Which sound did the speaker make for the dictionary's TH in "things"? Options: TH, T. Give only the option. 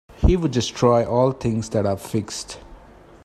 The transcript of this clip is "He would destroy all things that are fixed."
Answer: T